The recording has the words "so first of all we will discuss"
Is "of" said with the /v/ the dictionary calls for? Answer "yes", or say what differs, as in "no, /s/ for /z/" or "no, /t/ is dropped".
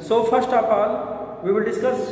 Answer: no, /p/ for /v/